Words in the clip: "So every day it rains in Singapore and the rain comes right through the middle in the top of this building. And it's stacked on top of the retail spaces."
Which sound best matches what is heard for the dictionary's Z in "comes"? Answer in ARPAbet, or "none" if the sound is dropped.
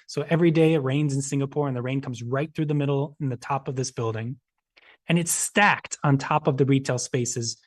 Z